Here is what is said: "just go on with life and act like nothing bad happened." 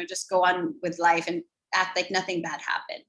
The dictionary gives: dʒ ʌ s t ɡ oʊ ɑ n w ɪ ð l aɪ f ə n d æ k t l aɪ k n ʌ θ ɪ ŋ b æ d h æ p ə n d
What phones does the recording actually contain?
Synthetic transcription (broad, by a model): dʒ ʌ s ɡ oʊ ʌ n w ɪ ð l aɪ f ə n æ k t l aɪ k n ʌ θ ɪ ŋ b æ d h æ p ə n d